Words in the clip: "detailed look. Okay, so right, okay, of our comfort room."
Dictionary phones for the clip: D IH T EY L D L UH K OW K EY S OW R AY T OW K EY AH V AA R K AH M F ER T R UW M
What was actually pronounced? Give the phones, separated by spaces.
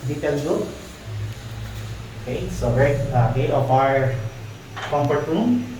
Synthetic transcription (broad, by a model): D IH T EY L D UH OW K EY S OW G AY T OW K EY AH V AA R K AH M P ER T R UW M